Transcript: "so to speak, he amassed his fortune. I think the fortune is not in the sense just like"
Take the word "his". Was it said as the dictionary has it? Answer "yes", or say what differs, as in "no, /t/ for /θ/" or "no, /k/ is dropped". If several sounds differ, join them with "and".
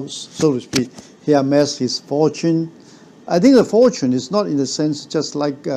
no, /s/ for /z/